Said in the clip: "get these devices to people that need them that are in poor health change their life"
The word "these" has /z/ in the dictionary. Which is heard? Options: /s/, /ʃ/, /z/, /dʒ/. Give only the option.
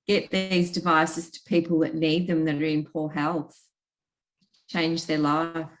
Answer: /z/